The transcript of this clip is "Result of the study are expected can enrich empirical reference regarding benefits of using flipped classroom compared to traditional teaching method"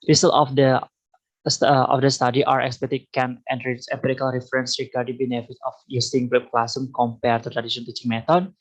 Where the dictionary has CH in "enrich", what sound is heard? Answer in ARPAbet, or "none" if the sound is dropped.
S